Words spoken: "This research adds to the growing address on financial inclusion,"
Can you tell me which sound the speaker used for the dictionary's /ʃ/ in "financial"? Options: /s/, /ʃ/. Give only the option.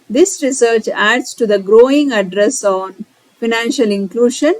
/ʃ/